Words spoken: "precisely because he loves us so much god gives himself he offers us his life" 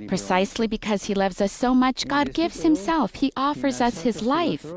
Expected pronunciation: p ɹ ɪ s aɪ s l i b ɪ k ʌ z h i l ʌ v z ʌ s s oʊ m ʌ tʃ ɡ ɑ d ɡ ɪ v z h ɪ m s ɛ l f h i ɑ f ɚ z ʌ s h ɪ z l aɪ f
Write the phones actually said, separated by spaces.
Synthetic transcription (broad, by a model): p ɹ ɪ s aɪ s l i b ɪ k ʌ z h i l ʌ v z ʌ s s oʊ m ʌ tʃ ɡ ɑ d ɡ ɪ v z h ɪ m s ɛ l f h i ɑ f ɚ z ʌ s h ɪ z l aɪ f